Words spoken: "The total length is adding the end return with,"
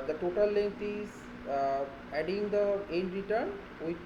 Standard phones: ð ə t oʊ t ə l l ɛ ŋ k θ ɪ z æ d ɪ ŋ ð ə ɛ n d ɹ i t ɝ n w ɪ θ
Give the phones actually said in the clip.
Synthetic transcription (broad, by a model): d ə t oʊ t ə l l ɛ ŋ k t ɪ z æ d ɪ ŋ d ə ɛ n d ɹ i t ɝ n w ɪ